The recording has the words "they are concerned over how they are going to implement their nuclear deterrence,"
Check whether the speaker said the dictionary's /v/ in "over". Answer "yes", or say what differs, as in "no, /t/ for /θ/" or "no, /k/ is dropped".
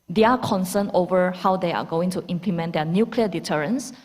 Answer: yes